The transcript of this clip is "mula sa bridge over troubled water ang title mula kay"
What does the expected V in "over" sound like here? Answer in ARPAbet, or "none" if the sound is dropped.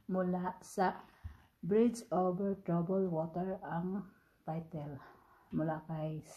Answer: B